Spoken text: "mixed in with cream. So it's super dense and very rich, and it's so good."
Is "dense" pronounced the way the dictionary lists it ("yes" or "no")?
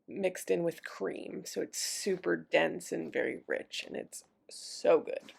yes